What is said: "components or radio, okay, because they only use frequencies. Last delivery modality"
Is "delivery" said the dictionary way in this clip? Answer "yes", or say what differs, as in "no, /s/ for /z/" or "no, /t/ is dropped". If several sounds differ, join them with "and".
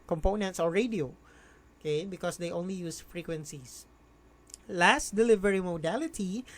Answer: yes